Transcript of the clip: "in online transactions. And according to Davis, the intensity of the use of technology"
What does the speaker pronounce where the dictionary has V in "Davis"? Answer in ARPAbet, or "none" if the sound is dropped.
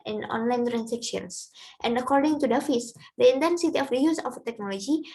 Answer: F